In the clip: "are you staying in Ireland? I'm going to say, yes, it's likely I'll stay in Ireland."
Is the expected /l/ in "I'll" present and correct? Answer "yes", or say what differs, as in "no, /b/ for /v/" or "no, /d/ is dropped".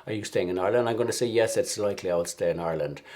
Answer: yes